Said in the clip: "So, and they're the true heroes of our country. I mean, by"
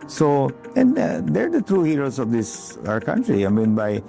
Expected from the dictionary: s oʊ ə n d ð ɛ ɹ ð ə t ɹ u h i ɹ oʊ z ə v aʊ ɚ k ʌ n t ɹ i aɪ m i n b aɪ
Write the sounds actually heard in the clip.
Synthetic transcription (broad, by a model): s oʊ ə n d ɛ ɹ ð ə t ɹ u h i ɹ oʊ s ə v aʊ ɚ k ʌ n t ɹ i aɪ m i n b aɪ